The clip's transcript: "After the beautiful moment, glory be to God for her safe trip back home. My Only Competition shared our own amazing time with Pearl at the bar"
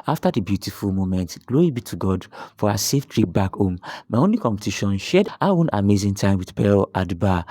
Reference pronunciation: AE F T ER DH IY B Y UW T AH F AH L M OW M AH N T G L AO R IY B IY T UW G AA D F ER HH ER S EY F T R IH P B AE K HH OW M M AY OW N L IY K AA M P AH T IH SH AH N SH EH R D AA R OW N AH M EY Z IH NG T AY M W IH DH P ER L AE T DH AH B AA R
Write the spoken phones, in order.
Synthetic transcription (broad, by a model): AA F T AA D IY B Y UW T AH F AH L M OW M AH N T G L AO R IY B IY T UW G AA D F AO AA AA S EY F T R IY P B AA K HH OW M M AY OW N L IY K AA M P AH T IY SH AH N SH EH D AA W OW N AH M EY Z IH NG T AY M W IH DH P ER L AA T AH B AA